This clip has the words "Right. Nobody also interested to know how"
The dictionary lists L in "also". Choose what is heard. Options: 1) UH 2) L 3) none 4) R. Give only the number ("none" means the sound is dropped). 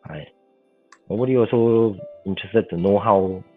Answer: 3